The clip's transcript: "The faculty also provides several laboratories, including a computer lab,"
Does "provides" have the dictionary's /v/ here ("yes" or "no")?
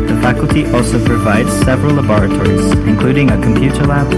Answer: yes